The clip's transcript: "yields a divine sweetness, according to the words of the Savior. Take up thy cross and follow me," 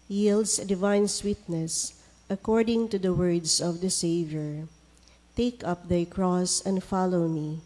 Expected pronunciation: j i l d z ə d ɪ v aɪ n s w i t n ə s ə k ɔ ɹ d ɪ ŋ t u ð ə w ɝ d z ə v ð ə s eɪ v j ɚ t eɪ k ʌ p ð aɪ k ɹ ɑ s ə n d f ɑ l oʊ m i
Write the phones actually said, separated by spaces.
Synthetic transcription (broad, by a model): j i l d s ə d ɪ v aɪ n s w i t n ə s ə k ɔ ɹ d ɪ ŋ t u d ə w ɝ d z ə v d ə s eɪ v j ɚ t eɪ k ʌ p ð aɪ k ɹ ɑ s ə n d f ɑ l oʊ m i